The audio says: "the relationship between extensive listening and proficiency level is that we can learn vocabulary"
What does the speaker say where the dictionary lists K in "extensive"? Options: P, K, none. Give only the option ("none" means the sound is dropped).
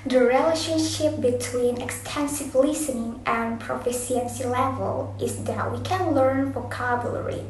K